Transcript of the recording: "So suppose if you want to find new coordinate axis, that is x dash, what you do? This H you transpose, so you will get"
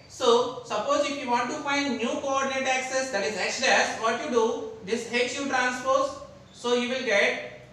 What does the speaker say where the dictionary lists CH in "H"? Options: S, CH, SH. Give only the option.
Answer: S